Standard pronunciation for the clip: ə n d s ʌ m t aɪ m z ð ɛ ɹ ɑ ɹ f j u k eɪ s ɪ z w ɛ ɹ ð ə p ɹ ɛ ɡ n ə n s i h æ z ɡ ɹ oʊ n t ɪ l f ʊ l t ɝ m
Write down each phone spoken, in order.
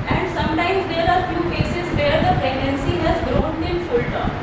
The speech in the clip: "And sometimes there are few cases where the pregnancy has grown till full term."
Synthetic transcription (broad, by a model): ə n d s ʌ m t aɪ m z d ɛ ɹ ɑ ɹ f j u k eɪ s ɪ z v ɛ ɹ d ə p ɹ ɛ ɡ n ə n s i h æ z ɡ ɹ oʊ n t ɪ n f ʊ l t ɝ